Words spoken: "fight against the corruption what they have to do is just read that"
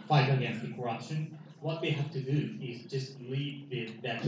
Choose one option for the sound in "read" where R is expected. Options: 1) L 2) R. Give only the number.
1